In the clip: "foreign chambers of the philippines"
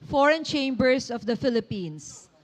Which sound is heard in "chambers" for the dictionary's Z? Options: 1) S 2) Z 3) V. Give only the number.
1